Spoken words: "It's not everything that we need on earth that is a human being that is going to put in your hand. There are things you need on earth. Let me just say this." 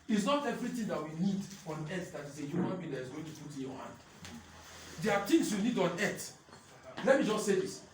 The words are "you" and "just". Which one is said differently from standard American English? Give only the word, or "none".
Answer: none